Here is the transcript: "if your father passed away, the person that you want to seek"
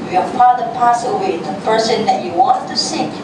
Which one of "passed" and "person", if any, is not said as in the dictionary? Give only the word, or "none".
passed